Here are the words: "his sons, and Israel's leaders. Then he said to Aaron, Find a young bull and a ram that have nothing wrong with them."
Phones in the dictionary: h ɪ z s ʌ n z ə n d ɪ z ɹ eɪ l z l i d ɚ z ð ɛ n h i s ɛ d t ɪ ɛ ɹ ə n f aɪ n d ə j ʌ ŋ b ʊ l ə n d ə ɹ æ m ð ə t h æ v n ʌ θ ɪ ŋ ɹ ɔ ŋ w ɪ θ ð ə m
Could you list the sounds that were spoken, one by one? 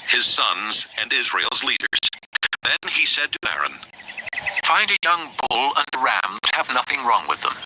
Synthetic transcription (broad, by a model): h ɪ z s ʌ n z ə n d ɪ z ɹ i l z l i d ɚ z ð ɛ n i s ɛ d t ɪ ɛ ɹ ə n f aɪ n d ə j ʌ ŋ b ʊ l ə n ə ɹ æ m ð ə t h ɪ v n ʌ θ ɪ ŋ ɹ ɔ ŋ w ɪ ð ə m